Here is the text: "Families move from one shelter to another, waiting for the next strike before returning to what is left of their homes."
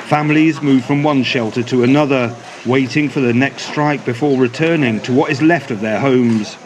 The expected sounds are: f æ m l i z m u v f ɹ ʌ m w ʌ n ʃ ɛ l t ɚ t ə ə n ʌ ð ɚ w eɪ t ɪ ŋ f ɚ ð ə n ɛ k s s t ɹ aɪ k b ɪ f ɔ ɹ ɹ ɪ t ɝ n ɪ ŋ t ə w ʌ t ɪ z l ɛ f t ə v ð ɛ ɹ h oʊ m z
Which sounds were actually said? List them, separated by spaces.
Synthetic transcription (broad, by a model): f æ m l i z m u v f ɹ ʌ m w ʌ n ʃ ɛ l t ɚ t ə ə n ʌ ð ɚ w eɪ t ɪ ŋ f ɚ ð ə n ɛ k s s t ɹ aɪ k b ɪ f ɔ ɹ ɹ ɪ t ɝ n ɪ ŋ t ə w ʌ t ɪ z l ɛ f t ə v ð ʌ ɹ h oʊ m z